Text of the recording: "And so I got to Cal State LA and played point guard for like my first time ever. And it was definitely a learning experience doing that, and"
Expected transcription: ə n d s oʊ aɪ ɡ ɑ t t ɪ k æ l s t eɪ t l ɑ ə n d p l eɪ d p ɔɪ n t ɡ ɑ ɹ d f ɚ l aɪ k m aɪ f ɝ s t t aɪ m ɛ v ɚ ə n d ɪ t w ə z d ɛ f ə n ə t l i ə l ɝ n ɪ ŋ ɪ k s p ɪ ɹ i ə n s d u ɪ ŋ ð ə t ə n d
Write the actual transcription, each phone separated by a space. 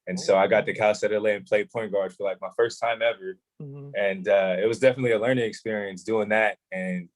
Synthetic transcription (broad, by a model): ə n s oʊ aɪ ɡ ɑ t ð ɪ k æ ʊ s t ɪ l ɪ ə n p l eɪ d p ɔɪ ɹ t ɡ ɑ ɹ d f ɚ l aɪ k m aɪ f ɝ s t t aɪ m ɛ v ɚ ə n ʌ ɪ t w ə z d ɛ f ə n ə t l i ə l ɝ n ɪ ŋ ɪ k s p ɪ ɹ i ə n s d u ɪ ŋ ð ə t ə n